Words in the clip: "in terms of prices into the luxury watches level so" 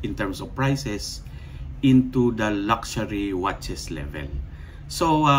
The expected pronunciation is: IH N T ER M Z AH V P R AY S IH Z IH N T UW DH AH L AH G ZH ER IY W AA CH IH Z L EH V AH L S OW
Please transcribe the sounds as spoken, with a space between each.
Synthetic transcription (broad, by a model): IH N T ER M S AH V P R AY S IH S IH N T UW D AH L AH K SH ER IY W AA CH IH S L EH V AH L S OW